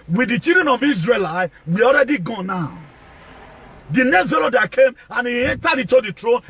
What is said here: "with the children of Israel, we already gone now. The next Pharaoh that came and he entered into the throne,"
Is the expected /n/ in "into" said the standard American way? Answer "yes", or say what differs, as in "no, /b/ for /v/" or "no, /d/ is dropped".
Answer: no, /n/ is dropped